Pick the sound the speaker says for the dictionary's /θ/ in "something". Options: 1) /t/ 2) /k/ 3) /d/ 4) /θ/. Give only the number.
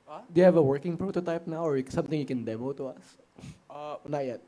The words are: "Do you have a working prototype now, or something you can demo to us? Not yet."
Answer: 1